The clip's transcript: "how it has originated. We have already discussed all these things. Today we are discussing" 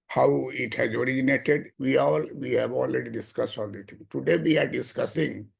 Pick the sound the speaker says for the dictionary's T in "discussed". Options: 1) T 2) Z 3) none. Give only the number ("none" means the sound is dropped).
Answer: 1